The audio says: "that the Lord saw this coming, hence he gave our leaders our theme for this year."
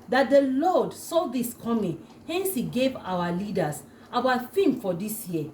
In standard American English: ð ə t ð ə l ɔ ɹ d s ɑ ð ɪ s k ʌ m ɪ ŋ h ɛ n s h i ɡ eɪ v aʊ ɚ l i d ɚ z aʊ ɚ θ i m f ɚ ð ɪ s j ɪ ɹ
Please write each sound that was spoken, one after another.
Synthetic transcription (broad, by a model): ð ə t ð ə l ɔ d s ɑ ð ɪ s k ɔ m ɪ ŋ h ɛ n s h i ɡ eɪ v aʊ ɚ l i d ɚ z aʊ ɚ f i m f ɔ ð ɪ s j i